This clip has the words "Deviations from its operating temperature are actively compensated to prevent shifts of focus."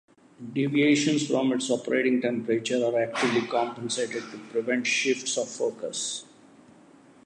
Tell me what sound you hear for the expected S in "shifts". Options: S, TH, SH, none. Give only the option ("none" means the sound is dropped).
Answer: S